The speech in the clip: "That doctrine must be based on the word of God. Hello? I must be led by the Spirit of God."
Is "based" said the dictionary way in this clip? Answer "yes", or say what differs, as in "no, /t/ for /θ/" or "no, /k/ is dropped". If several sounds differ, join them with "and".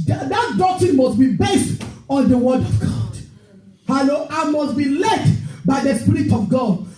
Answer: yes